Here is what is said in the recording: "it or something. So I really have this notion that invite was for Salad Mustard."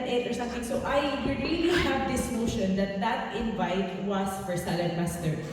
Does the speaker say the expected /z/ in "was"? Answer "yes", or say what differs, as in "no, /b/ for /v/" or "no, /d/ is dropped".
no, /s/ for /z/